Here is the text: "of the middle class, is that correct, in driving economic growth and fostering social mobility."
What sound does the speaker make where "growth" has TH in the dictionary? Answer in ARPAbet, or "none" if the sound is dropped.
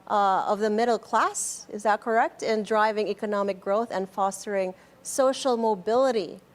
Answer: TH